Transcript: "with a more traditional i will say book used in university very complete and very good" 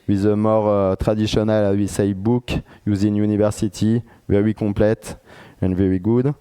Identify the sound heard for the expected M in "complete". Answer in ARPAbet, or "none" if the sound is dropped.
none